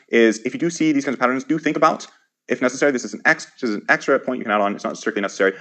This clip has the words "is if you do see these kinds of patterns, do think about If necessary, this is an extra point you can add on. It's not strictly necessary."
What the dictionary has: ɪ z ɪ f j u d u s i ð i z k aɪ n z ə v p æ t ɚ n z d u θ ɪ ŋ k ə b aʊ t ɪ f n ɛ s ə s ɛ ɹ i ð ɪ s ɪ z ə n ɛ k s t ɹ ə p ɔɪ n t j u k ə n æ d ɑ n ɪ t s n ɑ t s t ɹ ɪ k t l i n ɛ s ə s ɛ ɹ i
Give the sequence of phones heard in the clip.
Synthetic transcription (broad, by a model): ɪ z ɪ f j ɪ d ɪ s i ð i z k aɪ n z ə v p æ t ɚ n z d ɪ θ ɪ ŋ k ə b aʊ t ɪ f n ɛ s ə s ɛ ɹ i ð ɪ s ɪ z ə n ɛ k s t ɹ ə p ɔɪ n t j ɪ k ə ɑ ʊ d n ɪ t s n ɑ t s t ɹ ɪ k l i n ɛ s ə s ɛ ɹ i